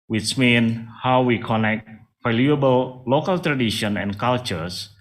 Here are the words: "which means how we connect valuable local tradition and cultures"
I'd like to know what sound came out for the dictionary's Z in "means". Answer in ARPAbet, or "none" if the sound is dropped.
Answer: none